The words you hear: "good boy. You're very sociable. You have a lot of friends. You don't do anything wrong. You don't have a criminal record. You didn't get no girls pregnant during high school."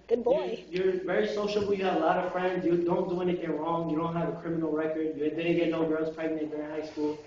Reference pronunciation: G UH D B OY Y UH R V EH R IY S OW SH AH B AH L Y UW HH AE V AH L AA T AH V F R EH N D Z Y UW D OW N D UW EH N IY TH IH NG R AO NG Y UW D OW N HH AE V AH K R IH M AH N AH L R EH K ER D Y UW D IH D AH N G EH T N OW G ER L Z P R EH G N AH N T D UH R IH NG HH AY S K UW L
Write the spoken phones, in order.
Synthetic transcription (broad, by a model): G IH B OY Y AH R V EH R IY S OW SH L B Y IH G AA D AH L AA T AH V F R EH N D Z Y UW D OW N D UW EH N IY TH IH NG R AO NG Y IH D OW N HH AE V AH K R IH M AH N L R EH K ER D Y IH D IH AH G EH T N OW G ER L Z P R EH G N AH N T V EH R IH HH AY S K UW L